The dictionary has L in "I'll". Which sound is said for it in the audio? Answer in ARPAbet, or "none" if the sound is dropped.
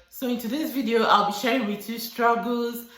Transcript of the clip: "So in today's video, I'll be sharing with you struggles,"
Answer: L